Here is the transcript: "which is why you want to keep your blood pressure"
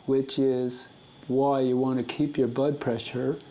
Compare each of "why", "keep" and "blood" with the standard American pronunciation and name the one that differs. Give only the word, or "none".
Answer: blood